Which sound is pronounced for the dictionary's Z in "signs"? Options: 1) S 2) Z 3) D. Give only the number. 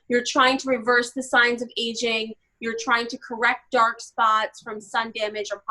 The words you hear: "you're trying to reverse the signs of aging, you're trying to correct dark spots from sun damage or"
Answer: 2